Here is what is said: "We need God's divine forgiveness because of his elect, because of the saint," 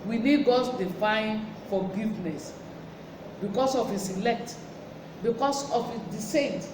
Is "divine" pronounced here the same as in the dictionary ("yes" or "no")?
no